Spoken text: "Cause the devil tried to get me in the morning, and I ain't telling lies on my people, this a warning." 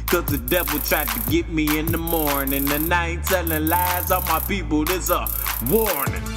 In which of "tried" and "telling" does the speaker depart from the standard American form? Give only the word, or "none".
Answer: telling